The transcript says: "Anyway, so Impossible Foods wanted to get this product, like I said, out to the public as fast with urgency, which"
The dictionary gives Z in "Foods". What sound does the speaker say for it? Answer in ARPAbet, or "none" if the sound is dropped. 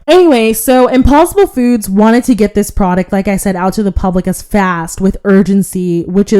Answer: Z